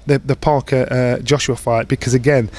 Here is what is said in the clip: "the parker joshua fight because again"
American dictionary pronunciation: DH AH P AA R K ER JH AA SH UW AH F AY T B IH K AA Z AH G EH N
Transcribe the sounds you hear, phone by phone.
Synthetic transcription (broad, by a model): DH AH P AA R K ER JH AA SH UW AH F AY T B IH K AA Z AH G EH N